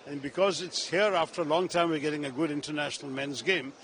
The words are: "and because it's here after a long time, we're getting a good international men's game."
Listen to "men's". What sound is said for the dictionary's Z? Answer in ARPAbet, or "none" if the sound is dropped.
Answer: Z